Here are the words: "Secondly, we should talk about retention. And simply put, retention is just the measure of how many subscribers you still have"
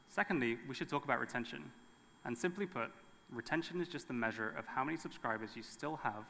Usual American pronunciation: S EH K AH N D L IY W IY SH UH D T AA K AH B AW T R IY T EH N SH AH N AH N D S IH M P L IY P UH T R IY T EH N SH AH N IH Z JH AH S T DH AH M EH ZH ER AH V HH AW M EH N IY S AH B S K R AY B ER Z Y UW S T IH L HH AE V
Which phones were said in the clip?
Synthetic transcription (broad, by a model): S EH K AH N D L IY W IY SH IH D T AA K AH B AW T R IY T EH N SH AH N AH N S IH M P L IY P UH T R IY T EH N SH AH N IH Z JH AH S T DH AH M EH ZH ER AH V HH AW M EH N IY S AH B S K R AY B ER Z Y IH S T IH L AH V